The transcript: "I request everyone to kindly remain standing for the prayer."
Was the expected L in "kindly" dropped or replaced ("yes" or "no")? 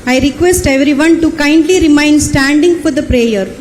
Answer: no